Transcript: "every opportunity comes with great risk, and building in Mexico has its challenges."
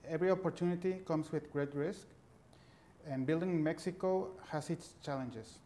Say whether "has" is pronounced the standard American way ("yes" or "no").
no